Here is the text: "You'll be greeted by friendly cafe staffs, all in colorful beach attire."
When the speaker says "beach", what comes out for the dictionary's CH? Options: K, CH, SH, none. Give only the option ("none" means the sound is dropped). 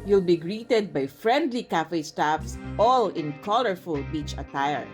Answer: CH